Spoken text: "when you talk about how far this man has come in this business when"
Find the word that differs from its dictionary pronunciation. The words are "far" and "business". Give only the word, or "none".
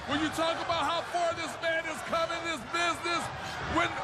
none